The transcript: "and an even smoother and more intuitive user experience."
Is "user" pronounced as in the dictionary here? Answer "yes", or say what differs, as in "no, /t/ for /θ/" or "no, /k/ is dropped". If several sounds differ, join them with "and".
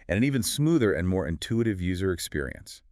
yes